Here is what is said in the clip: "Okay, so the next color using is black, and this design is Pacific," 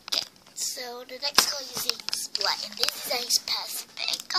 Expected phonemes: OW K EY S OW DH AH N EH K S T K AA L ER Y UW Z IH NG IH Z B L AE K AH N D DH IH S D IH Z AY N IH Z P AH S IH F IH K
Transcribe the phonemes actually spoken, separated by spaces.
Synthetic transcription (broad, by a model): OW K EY S OW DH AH N EH K S T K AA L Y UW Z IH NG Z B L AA AH N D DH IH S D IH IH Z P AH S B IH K